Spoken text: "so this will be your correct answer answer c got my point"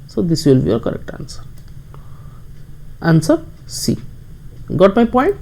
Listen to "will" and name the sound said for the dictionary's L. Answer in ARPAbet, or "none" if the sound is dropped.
L